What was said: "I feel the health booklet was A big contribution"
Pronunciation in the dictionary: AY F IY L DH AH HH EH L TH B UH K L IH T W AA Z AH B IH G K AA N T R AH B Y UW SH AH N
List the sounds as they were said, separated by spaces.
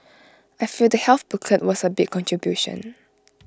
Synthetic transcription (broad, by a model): AY F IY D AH HH EH L TH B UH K IH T W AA S AH B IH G K AA N T R AH B Y UW SH AH N